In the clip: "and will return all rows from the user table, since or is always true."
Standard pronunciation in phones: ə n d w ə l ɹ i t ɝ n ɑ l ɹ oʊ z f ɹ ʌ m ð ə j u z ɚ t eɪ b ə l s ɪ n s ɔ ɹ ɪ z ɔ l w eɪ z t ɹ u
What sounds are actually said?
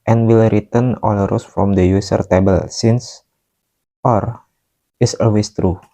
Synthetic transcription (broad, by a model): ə n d w ə l ɹ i t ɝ n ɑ l ɹ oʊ s f ɹ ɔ m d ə j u s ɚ t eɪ b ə l s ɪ n s ɔ ɹ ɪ s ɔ l w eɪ s t ɹ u